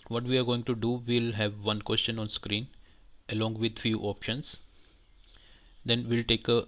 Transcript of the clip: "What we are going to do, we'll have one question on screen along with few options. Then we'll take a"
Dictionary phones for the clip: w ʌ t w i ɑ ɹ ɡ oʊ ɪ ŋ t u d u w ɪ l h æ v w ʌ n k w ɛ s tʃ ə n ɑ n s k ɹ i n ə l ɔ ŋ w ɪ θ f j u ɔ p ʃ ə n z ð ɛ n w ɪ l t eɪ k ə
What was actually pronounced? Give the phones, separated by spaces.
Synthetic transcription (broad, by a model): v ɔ t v i ɑ ɹ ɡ oʊ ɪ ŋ t u d u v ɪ l h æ v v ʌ n k w ɛ s tʃ ə n ɑ n s k ɹ i n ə l ɔ ŋ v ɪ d f j u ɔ p ʃ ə n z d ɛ n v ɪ l t eɪ k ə